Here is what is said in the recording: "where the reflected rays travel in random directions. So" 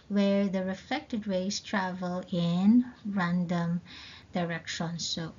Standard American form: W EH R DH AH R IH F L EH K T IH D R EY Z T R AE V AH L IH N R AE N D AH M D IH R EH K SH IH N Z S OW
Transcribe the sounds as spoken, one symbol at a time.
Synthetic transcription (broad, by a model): W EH R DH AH R IH F L EH K T IH D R EY S T R AE V AH L IH N R AE N D AH M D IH R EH K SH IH N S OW